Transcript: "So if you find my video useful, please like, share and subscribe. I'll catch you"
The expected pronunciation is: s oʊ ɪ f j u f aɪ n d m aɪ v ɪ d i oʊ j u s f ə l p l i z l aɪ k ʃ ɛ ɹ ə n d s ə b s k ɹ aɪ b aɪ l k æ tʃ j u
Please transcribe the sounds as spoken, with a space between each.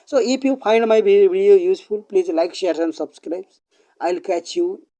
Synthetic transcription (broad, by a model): s oʊ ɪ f j u p aɪ n d m aɪ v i d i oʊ j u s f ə l p l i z l aɪ k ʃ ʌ ɹ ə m s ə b s k ɹ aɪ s aɪ l k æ tʃ j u